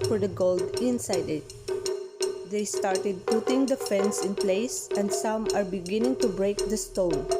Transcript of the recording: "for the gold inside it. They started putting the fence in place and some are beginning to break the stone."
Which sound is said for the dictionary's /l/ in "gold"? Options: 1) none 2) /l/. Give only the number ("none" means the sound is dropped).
2